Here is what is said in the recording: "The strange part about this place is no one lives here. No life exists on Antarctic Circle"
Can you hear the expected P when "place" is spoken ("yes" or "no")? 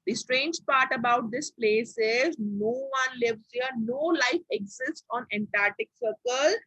yes